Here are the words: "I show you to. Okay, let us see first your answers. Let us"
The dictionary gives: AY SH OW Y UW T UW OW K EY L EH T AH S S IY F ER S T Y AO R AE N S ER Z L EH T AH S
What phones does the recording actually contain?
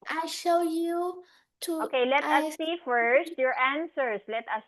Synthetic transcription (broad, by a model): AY SH OW Y UW T UW OW K EY L EH T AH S S IY F ER S T Y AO R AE N S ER S L EH T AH S